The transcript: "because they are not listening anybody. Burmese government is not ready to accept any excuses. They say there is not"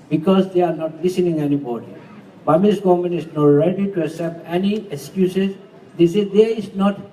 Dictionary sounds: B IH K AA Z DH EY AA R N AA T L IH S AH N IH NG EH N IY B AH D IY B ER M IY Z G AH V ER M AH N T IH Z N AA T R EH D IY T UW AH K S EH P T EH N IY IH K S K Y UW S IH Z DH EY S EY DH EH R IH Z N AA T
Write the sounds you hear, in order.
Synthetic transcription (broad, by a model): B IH K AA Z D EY AA R N AA T L IH S AH N IH NG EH N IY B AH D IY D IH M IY S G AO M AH N IH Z N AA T R EH D IY T UW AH S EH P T EH N IY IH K S K Y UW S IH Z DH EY S EY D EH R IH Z N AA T